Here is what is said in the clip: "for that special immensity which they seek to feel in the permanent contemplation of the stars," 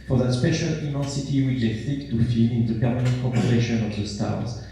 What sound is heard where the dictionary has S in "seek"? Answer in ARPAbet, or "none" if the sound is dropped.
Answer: TH